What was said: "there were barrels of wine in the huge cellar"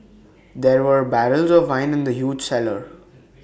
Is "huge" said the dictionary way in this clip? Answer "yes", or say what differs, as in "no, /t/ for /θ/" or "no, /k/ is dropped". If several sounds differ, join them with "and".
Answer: yes